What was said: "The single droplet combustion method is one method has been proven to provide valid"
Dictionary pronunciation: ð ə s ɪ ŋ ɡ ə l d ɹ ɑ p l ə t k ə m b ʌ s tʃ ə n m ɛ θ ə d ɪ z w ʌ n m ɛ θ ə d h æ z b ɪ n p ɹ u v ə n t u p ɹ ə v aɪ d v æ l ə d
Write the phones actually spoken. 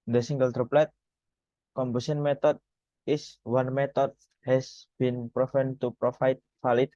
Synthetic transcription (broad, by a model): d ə s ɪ ŋ ɡ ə l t ɹ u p l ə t k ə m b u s ə n m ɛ t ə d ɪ s w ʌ n m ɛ t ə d h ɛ s b ɪ n p ɹ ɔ f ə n t u p ɹ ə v aɪ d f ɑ l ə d